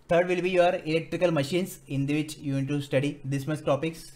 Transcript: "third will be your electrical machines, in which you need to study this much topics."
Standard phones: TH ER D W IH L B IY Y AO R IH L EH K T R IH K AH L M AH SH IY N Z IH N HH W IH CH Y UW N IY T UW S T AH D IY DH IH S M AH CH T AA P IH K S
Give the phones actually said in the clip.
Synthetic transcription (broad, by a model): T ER D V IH L B IY Y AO R IH L EH K T R IH K AH L M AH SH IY N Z IH N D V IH CH Y UW N IY T UW S T AH D IY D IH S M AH S T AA P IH K S